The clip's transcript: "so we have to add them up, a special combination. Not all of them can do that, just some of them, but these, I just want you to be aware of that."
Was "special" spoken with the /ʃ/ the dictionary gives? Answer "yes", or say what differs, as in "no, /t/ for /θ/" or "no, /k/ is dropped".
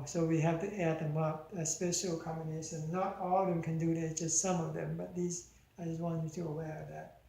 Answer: yes